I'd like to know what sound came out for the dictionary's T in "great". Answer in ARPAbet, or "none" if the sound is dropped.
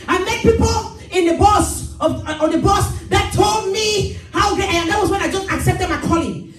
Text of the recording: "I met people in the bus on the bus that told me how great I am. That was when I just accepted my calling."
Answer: none